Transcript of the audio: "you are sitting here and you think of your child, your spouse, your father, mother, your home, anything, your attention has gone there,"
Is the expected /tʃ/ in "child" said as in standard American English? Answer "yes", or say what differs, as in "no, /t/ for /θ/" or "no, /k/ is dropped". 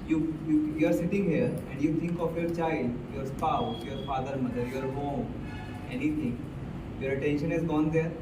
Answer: yes